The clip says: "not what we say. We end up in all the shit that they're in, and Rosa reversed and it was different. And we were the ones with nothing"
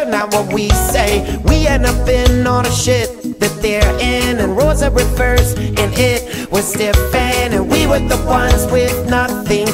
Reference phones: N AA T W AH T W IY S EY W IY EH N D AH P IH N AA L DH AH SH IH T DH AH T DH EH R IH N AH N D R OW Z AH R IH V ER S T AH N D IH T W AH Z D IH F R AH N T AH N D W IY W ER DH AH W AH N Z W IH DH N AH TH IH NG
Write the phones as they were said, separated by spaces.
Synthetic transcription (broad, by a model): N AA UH W AH T W IY S EY W IY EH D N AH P IH N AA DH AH SH IH T DH AH T DH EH R IH N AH N R OW Z AH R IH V ER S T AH N IH T W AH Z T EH F AH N AH N W IY W ER DH AH W AH N Z W IH DH N AH TH IH NG